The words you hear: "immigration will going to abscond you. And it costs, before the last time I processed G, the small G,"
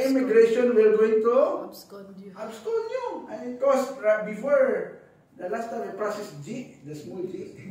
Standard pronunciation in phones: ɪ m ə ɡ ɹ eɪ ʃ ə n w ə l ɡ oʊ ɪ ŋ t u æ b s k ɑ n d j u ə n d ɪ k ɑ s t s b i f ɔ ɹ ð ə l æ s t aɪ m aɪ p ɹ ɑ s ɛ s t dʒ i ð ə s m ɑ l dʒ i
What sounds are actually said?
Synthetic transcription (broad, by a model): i m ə ɡ ɹ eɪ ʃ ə n w ə l ɡ oʊ ɪ ŋ t u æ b s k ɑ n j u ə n ɪ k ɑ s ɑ b i f ɔ ɹ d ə l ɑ s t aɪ aɪ p ɹ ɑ s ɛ s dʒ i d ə s m ɑ l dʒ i